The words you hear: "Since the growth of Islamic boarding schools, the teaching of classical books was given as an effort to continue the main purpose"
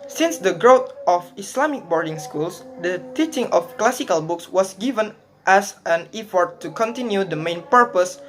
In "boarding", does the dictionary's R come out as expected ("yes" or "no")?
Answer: yes